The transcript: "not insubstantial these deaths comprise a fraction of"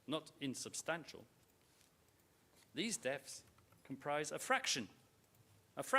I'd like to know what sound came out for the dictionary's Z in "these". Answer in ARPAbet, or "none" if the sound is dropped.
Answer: Z